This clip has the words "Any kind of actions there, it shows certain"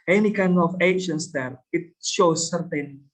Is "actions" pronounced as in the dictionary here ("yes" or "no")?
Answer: no